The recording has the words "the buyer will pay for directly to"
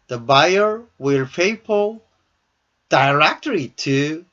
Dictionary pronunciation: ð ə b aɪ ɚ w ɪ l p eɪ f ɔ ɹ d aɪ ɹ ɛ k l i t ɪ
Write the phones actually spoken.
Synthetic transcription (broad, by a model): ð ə b aɪ ɚ w ɪ l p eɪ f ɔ l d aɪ ɹ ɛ k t i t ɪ